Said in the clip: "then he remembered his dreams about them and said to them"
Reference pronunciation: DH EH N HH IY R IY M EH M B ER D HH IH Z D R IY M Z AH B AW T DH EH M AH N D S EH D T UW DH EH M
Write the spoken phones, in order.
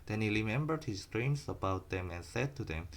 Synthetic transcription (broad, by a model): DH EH N HH IY R IY M EH M B ER D HH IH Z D R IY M S AH B AW T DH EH M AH N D S EH D T UW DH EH M